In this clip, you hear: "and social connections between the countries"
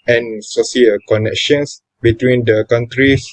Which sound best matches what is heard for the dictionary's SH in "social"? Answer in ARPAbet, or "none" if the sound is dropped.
S